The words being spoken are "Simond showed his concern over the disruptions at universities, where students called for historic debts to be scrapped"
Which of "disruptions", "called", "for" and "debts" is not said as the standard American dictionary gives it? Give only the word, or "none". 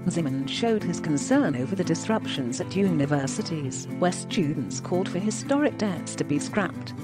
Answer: none